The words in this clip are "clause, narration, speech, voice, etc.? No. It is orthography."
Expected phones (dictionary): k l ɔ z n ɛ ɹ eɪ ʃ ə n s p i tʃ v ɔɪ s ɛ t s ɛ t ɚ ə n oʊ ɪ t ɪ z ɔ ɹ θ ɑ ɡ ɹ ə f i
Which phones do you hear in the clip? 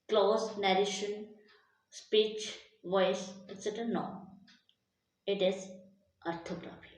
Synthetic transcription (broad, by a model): k l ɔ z n ɛ ɹ eɪ ʃ ə n s p i tʃ v ɔɪ s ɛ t s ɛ t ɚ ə n oʊ ɪ t ɪ z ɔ ɹ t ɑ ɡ ɹ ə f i